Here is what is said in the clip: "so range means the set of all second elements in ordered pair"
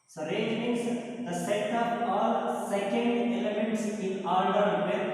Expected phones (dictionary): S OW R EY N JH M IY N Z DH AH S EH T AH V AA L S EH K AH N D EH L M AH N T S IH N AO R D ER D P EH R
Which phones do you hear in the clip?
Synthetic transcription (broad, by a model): S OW R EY JH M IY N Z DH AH S EH T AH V AA L S EH K AH N D EH L M AH N T S IH N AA L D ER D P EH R